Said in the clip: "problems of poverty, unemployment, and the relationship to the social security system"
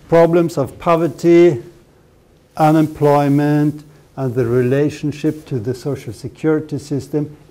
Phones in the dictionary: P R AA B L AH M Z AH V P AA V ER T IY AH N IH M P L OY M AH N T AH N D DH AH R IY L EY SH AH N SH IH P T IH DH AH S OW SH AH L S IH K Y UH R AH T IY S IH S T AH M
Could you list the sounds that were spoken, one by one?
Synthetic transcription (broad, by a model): P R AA B L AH M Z AH V P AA V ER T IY AH N IH M P L OY M AH N T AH N DH AH R IY L EY SH AH N SH IH P T IH DH AH S OW SH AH L S IH K Y UH R AH T IY S IH S T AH M